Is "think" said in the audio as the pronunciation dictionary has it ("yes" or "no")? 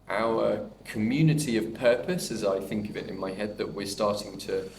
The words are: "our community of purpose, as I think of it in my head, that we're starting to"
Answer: yes